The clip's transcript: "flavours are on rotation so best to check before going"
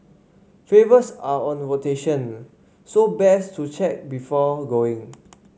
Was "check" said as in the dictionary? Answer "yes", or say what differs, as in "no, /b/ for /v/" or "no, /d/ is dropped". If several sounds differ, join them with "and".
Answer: yes